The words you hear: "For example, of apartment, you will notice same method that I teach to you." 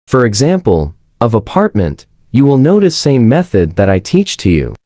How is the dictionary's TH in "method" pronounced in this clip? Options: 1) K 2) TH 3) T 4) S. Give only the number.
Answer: 2